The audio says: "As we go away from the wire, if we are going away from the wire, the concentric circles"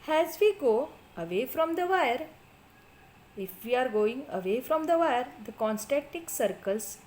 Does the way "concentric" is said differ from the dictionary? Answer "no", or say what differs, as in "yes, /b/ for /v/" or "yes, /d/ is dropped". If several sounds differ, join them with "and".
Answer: yes, /n/ is dropped and /ɹ/ is dropped